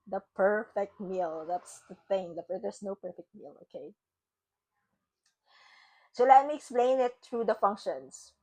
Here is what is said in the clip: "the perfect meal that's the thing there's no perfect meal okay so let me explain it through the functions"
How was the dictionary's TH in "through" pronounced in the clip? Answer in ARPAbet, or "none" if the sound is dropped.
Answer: T